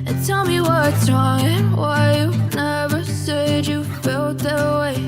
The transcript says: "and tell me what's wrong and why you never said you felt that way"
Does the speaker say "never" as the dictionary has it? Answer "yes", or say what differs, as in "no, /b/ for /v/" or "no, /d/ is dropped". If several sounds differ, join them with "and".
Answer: yes